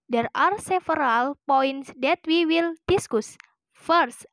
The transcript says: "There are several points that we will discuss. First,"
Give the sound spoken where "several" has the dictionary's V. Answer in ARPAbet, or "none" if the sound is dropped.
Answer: F